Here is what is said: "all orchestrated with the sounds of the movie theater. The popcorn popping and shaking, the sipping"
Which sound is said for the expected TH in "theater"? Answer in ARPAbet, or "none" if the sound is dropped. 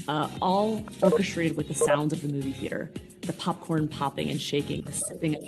TH